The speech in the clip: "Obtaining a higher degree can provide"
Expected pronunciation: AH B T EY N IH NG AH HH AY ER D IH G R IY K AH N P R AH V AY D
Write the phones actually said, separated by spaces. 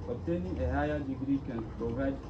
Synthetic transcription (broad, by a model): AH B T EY N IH AH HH AY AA D IH G R IY K AH N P R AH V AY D